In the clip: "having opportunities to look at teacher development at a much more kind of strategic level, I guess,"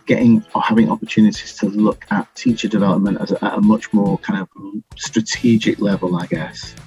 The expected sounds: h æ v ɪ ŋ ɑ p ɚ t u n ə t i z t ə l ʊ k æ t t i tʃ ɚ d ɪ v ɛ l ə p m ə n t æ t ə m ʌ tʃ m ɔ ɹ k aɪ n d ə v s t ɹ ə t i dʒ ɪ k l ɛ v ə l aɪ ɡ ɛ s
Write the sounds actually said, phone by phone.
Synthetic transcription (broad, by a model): h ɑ v ɪ ŋ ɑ p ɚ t u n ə t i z t ə l ʊ k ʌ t t i tʃ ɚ d ɪ v ɛ l ə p m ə n t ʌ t ə m ʌ tʃ m ɔ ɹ k aɪ n d ə v s t ɹ ə t i dʒ ɪ k l ɛ v ə l aɪ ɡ ɛ s